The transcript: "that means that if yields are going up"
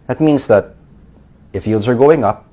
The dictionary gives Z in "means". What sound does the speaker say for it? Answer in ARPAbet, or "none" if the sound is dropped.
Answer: Z